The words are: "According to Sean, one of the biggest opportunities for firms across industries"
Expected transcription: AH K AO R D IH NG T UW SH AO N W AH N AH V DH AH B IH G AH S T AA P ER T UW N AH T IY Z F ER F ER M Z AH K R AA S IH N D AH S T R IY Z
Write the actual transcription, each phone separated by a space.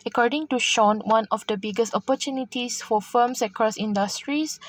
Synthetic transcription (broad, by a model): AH K AO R D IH NG T UW SH AO N W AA N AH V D AH B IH G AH S T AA P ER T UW N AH T IY S F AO F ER M S AH K R AA S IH N D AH S T R IY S